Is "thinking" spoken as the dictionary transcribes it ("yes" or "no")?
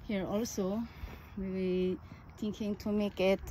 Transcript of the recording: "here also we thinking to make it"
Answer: no